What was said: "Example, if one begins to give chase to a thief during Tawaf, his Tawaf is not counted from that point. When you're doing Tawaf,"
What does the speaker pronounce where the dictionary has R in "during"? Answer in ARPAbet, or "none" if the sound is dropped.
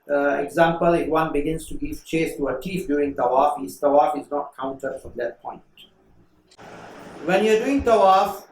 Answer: none